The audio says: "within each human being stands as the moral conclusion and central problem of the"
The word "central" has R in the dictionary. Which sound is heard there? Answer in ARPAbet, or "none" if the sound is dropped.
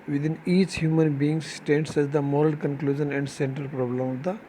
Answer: none